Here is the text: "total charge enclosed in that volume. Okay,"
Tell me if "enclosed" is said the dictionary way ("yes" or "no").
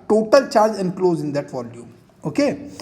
no